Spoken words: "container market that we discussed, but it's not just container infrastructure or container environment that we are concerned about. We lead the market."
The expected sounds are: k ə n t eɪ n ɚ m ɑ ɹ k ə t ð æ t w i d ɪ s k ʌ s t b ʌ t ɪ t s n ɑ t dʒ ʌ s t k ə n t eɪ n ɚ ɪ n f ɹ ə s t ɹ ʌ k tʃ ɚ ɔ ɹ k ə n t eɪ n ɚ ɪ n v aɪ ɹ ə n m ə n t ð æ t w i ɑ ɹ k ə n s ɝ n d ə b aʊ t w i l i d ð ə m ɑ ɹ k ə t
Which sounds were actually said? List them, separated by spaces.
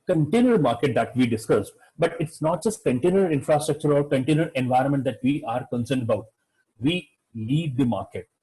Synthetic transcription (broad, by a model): k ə n t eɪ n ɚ m ɑ ɹ k ə t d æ t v i d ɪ s k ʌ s b ʌ t ɪ t s n ɑ t dʒ ʌ s t k ə n t eɪ n ɚ ɪ n f ɹ ə s t ɹ ʌ k tʃ ɚ ɔ ɹ k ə n t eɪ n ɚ ɪ n v aɪ ɹ ə n m ə n t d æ t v i ɑ ɹ k ə n s ɝ n d ə b aʊ t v i l i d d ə m ɑ ɹ k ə t